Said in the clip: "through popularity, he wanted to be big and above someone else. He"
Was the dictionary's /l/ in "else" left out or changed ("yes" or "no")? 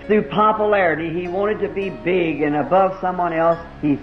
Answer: no